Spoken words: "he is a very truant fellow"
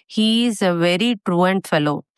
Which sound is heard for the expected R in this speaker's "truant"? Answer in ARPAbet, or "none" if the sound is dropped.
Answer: R